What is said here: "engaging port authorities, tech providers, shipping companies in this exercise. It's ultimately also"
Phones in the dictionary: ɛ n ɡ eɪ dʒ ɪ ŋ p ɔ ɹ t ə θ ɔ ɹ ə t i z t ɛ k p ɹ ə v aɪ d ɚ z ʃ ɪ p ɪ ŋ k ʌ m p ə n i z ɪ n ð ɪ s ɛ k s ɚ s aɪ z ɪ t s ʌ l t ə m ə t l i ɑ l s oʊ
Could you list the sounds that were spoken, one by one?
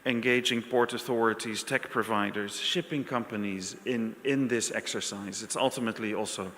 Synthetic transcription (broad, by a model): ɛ n ɡ eɪ dʒ ɪ ŋ p ɔ ɹ t ə θ ɔ ɹ ə t i z t ɛ k p ɹ ə v aɪ d ɚ z ʃ ɪ p ɪ ŋ k ʌ m p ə n i z ɪ n ð ɪ s ɛ k s ɚ s aɪ z ɪ t s ʌ l t ə m ə t l i ɑ l s oʊ